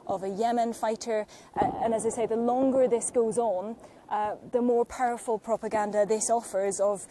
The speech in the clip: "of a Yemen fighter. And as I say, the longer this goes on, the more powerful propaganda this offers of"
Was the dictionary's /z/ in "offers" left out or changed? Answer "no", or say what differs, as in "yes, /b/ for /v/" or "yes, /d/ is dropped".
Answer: no